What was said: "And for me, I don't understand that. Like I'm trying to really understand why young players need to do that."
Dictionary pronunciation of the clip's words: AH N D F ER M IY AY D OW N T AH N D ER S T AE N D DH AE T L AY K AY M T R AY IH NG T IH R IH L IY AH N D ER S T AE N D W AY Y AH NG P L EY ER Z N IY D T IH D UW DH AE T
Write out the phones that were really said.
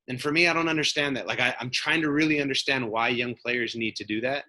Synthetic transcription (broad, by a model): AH N F ER M IY AY D OW N T AH N D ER S T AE N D DH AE T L AY K AY M T R AY IH NG T IH R IH L IY AH N D ER S T AE N D W AY Y AH NG P L EY ER Z N IY D T IH D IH DH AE T